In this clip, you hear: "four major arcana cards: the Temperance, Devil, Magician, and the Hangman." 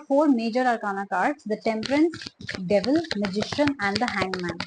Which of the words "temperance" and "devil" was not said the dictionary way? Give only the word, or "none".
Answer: none